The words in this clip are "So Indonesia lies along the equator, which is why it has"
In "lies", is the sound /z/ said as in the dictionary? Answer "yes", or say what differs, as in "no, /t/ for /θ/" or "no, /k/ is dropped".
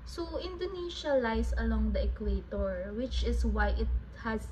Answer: no, /s/ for /z/